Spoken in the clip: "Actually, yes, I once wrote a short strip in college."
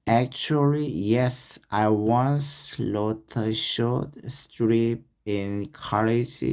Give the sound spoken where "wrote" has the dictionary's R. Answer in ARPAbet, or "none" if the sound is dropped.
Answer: L